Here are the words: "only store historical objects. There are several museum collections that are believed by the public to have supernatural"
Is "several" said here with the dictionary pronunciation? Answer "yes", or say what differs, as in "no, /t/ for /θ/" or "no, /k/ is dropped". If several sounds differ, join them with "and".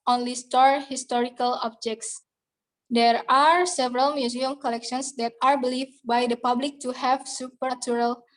yes